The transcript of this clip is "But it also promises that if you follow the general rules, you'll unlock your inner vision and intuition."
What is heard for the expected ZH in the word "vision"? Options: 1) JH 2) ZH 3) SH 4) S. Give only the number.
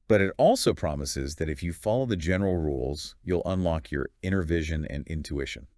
2